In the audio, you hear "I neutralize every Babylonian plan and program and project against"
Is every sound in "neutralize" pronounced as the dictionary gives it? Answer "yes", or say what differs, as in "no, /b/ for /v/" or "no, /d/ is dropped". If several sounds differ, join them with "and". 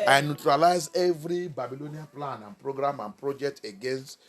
yes